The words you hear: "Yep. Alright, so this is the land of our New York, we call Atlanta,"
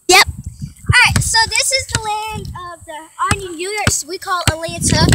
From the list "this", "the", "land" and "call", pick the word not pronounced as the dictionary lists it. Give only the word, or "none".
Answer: none